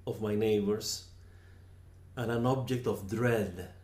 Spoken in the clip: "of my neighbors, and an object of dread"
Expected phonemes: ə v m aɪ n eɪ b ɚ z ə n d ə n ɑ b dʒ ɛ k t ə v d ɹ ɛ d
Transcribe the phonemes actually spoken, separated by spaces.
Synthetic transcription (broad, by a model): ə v m aɪ n eɪ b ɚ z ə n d ə n ɑ b dʒ ɛ k t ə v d ɹ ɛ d